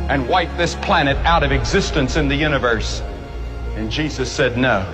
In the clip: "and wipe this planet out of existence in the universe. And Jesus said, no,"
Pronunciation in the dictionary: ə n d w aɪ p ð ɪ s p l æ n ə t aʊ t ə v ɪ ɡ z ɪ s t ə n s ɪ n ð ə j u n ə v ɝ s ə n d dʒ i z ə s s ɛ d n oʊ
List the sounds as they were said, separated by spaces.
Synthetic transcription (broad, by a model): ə n w aɪ p ð ɪ s p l æ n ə t aʊ t ə v ɪ ɡ z ɪ s t ə n s ɪ n ð ə j u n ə v ɝ s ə n dʒ i z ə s s ɛ d n oʊ